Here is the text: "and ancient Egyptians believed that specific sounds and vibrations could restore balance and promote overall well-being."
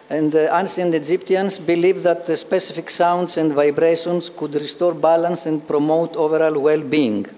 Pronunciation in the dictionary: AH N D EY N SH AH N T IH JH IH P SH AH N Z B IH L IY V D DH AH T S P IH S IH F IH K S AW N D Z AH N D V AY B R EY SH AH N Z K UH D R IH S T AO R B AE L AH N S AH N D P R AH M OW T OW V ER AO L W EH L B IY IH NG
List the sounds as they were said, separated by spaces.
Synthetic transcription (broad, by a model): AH N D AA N S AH N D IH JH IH P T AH N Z B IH L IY V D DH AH T S P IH S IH F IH K S AW N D S AH N D V AY B R EY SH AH N S K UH D R IH S T AO R B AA L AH N S AH N D P R AH M OW T OW V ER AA L W EH L B IY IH NG